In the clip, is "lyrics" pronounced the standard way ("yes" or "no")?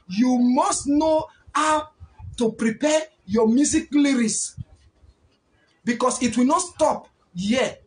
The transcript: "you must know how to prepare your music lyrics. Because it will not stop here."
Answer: no